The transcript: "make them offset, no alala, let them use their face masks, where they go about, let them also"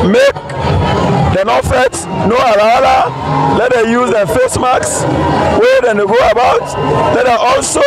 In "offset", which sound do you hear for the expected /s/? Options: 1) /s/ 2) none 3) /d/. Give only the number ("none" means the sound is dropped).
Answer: 2